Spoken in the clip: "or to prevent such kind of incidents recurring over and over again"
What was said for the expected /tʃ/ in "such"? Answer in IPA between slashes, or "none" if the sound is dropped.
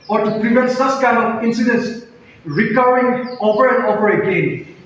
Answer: /s/